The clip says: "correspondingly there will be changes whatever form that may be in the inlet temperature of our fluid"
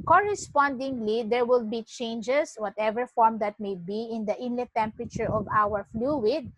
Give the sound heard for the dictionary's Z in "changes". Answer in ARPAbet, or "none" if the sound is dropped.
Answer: S